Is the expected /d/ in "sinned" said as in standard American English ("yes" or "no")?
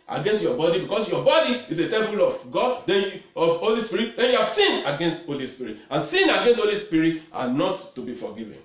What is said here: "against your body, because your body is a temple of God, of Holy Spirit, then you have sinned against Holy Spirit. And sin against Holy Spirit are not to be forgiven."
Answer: no